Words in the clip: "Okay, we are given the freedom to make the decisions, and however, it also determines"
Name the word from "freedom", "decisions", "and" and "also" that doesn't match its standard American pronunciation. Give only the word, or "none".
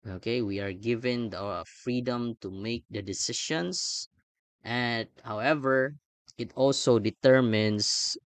decisions